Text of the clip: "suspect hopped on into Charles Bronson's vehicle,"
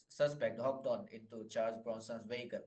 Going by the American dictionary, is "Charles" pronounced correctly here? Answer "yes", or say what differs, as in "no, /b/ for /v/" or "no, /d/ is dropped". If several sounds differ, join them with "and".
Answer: no, /s/ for /z/